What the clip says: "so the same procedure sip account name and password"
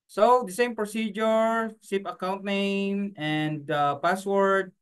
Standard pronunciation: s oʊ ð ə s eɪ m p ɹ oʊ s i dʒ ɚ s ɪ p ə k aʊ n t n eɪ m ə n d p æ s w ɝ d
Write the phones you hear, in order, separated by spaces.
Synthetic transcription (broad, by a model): s oʊ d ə s eɪ m p ɹ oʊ s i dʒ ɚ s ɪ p ə k aʊ n t n eɪ m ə n d p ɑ s w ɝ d